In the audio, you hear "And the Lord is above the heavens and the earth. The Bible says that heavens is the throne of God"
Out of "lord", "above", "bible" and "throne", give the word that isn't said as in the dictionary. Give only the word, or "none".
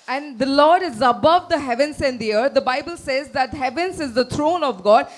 throne